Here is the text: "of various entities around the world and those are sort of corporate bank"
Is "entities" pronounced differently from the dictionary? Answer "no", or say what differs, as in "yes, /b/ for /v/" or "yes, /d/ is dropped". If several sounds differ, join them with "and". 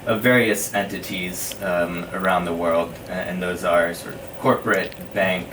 no